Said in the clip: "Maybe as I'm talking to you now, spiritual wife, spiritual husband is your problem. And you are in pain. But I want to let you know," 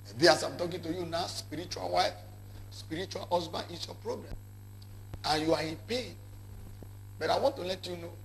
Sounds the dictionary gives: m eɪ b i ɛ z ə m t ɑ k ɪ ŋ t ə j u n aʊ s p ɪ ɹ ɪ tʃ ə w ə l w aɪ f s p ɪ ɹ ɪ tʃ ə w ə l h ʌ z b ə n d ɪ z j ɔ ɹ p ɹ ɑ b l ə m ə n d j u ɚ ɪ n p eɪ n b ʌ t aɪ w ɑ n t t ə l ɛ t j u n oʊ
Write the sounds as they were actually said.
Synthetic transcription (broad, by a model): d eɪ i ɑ s ə m t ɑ k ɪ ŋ t ə j u n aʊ s p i ɹ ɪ tʃ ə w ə l w aɪ f s p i ɹ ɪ tʃ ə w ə l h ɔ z b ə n ɪ s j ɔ p ɹ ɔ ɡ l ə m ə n j u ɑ ɪ n p eɪ n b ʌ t aɪ w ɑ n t t ə l ɛ t j u n oʊ